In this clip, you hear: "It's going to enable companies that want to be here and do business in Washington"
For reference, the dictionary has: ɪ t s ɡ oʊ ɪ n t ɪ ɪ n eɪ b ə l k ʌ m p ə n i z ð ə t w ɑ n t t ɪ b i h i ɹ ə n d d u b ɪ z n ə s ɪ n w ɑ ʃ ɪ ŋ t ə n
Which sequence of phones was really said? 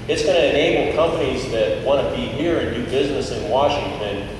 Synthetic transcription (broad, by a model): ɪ t s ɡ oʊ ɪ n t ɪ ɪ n eɪ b l k ʌ m p ə n i z ð ə t w ɑ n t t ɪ b i h i ɹ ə n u b ɪ z n ə s ɪ n w ɑ ʃ ɪ ŋ t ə n